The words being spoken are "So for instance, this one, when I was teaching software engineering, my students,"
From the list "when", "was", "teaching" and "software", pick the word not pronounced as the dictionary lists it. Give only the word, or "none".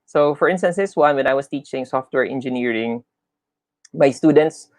was